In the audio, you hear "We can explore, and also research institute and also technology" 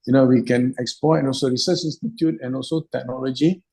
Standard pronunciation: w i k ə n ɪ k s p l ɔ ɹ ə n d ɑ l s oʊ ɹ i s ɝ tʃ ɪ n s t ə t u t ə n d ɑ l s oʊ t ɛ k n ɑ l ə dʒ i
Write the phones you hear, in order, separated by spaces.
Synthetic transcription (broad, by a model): w i k ə n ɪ k s p ɔ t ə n ɑ l s oʊ ɹ i s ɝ tʃ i n s t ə t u t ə n ɑ l s oʊ t ɛ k n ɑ l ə dʒ i